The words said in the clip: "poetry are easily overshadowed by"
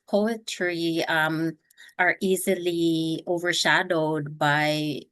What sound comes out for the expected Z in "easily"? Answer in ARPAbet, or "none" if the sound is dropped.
Z